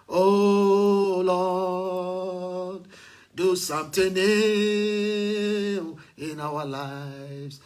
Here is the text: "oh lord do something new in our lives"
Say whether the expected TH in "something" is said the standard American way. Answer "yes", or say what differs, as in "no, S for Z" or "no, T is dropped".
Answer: no, T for TH